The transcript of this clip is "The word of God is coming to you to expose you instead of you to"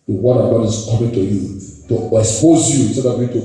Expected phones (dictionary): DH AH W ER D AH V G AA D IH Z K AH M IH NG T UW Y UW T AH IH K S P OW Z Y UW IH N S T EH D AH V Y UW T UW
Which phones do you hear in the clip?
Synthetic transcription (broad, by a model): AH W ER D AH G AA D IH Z K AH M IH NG T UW Y UW T AH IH S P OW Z Y UW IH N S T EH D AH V Y UW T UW